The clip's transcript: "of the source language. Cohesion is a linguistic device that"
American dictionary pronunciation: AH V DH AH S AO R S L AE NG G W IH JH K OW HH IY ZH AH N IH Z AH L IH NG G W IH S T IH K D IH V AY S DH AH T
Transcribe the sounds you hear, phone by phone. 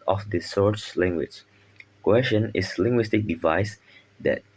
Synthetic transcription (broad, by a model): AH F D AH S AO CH L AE NG G W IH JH K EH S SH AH N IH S L IH NG G W IH S T IH K D IH V AY S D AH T